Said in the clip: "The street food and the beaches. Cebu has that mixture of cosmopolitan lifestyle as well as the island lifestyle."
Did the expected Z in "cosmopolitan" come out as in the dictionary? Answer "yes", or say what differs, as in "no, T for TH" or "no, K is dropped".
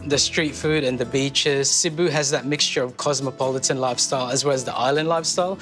yes